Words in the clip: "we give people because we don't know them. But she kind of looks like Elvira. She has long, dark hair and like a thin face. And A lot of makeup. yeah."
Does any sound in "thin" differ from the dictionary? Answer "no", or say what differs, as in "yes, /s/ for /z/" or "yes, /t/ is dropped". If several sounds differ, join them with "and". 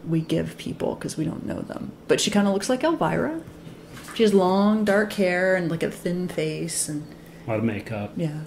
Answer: no